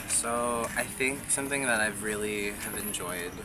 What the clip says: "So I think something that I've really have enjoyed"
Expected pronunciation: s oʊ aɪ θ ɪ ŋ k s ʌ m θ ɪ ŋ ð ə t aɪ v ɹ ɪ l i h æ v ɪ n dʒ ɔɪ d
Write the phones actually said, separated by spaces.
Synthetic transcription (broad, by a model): s oʊ aɪ θ ɪ ŋ k s ʌ m θ ɪ ŋ ð ə t aɪ v ɹ ɪ l i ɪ v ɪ n dʒ ɔɪ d